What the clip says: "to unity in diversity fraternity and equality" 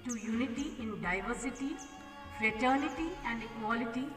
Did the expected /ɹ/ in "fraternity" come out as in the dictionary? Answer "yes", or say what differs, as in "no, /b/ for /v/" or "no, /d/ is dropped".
yes